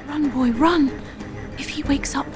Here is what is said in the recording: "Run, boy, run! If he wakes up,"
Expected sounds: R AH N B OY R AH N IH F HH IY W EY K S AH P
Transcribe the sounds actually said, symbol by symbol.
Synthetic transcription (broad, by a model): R AH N B OY R AH N IH F HH IY W EY K S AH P